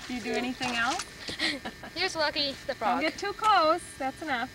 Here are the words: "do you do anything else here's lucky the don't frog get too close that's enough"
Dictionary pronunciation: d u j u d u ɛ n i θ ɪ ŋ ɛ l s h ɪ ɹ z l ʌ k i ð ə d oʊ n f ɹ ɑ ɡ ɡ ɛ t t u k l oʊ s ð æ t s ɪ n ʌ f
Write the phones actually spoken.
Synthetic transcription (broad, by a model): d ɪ j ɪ d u ɛ n i θ ɪ ŋ ɛ l s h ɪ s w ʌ k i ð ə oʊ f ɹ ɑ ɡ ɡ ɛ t t u k l oʊ s ð æ t s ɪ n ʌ f